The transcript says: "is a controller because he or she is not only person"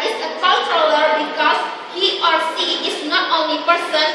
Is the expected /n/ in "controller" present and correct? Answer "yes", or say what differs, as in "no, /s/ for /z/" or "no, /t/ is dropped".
no, /l/ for /n/